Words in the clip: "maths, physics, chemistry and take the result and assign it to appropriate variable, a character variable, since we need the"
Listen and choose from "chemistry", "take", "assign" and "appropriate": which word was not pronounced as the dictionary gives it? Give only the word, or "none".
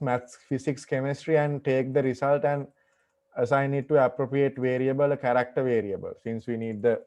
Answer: none